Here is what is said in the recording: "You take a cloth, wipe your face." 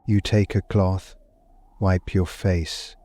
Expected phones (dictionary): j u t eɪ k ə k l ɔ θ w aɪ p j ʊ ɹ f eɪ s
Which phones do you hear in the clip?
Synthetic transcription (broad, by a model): j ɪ t eɪ k ə k l ɔ θ w aɪ p j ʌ ɹ f eɪ s